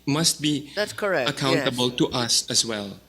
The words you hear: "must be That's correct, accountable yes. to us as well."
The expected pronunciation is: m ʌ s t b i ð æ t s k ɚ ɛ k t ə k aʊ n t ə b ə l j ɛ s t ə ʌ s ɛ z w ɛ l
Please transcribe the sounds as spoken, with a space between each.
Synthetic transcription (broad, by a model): m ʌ s t b i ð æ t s k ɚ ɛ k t ə k aʊ n t ə b ə l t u t ə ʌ s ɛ s w ɛ l